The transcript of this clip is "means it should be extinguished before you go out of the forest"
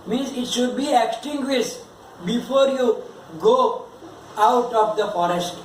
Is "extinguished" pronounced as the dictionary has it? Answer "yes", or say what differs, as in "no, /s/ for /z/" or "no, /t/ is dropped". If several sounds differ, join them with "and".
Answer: no, /s/ is dropped